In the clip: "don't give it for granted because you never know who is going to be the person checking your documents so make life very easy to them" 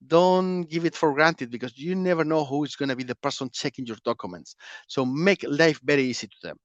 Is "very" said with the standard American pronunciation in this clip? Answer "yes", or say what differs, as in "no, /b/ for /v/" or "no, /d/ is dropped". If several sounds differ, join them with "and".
no, /b/ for /v/